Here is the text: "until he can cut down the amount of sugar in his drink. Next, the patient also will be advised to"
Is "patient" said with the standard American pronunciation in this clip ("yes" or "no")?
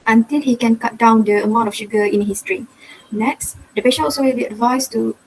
no